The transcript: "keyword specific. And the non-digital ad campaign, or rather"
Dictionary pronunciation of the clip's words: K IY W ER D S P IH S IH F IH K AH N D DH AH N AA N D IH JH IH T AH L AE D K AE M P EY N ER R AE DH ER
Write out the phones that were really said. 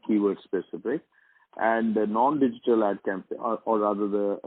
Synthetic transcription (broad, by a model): K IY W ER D S P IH S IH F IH K AH N D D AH N AA N D IH JH IH T AH L AE D K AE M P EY AO R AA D ER